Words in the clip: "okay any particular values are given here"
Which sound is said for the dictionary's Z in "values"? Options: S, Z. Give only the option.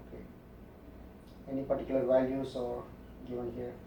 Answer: S